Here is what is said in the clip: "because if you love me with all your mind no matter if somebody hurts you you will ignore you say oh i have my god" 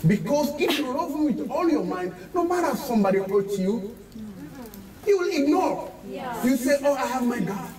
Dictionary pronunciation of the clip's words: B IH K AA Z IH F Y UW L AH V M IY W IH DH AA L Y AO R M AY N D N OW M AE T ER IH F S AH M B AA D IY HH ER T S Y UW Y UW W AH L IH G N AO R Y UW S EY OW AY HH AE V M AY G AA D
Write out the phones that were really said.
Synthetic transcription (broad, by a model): B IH K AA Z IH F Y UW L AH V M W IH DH AA L Y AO M AY N D N OW M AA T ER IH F S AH M B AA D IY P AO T Y UW Y UW W AH L IH G N AO R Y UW S EY OW AY HH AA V M AY G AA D